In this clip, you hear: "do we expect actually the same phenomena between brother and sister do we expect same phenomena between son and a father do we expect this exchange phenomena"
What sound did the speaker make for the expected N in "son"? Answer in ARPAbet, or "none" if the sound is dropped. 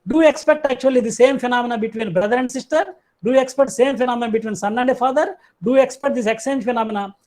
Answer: N